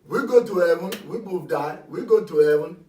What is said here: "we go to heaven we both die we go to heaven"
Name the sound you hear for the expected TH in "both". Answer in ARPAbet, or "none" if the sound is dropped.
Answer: F